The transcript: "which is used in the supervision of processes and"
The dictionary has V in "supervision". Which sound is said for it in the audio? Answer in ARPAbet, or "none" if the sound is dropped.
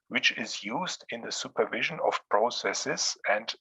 V